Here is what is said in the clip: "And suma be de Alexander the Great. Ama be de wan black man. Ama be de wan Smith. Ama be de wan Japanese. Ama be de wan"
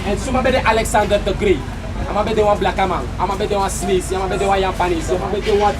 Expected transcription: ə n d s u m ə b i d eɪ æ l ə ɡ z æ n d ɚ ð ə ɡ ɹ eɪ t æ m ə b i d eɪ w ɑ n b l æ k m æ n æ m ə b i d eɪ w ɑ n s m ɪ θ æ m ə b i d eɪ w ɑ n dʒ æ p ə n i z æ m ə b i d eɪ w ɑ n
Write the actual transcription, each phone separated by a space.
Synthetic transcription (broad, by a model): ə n s u m ə b i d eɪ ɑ l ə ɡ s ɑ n d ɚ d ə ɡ ɹ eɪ ɑ m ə b i d eɪ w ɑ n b l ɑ k m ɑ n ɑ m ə b i d eɪ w ɑ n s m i s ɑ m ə b i d eɪ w ɑ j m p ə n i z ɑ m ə b i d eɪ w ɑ